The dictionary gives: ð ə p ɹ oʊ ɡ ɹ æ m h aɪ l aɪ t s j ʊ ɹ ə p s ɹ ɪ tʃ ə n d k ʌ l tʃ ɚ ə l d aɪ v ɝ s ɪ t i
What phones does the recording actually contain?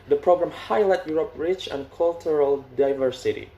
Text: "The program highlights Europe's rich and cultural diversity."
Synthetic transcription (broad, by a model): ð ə p ɹ oʊ ɡ ɹ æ m h aɪ l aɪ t j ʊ ɹ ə p ɹ ɪ tʃ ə n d k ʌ l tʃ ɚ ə l d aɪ v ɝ s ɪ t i